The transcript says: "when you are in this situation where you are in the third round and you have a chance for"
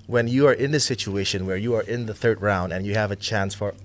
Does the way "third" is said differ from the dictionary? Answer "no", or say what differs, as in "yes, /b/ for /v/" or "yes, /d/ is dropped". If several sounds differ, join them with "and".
no